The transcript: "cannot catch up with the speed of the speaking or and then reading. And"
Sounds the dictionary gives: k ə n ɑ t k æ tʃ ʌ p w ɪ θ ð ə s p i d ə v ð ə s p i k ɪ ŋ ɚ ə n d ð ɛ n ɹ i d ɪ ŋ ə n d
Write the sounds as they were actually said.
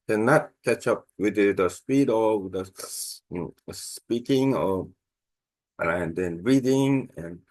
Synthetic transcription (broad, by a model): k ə n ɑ t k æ tʃ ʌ p w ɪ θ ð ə s p i d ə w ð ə s p i k ɪ ŋ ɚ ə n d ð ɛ n ɹ i d ɪ ŋ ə n